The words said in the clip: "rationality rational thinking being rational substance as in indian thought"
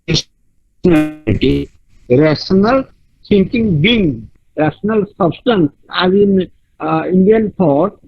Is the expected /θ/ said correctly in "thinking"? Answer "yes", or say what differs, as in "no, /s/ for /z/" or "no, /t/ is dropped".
no, /s/ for /θ/